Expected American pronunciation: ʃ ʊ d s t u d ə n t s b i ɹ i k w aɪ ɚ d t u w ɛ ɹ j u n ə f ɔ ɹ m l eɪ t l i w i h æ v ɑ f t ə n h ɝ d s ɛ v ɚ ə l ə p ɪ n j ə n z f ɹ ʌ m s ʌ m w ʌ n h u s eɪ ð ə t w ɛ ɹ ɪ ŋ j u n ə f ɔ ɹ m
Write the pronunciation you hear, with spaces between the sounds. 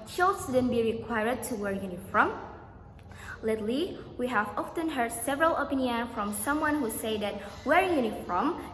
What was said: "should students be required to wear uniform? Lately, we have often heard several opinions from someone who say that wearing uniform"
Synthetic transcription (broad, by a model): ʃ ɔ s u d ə n b i ɹ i k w aɪ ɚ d t u w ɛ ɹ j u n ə f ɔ m l eɪ t l i w i h æ v ɑ f t ə n h ɝ d s ɛ v ɚ ə l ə p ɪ n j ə n f ɹ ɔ m s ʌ m w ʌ n h u s eɪ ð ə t w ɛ ɹ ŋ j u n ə f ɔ m